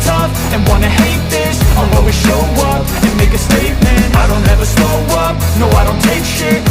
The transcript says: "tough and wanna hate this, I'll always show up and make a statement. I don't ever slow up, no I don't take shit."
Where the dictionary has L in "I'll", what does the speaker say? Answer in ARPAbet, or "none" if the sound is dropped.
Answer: W